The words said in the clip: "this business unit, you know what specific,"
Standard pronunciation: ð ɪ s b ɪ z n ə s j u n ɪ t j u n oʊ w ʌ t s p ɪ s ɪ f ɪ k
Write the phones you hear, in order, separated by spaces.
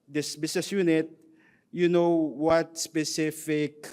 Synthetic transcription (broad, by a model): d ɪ s b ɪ s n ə s j u n ɪ t j u n oʊ w ʌ t s p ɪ s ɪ f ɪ k